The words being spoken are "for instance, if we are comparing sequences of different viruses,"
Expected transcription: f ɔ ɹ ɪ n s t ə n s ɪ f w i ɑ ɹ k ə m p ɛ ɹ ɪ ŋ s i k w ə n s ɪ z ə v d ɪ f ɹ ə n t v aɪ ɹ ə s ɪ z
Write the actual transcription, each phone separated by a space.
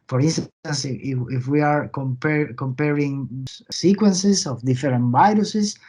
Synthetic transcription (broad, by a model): f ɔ ɹ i n s t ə n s ɪ f w i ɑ ɹ k ə m p ɛ ɹ ɪ ŋ s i k w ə n s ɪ s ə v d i f ɹ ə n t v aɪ ɹ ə s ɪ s